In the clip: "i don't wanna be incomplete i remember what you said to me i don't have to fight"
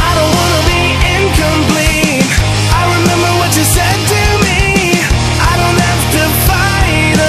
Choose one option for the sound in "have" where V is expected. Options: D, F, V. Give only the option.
F